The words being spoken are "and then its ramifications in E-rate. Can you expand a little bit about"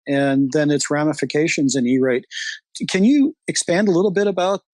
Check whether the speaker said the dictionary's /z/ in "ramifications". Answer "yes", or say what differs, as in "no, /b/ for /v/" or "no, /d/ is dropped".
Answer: yes